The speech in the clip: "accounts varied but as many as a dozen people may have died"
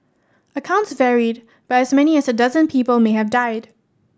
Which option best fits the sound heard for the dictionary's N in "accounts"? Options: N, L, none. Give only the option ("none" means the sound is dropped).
N